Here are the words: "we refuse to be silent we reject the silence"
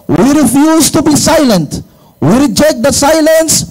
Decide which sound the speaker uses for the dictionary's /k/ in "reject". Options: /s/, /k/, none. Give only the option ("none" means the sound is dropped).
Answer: /k/